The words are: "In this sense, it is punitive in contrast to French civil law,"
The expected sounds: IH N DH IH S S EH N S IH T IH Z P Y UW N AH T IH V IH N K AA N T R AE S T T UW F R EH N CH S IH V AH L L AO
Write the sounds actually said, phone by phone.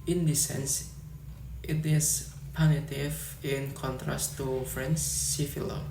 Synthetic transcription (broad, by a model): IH N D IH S S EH N S IH T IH S P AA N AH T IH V IH N K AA N T R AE S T T UW F R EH N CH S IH F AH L L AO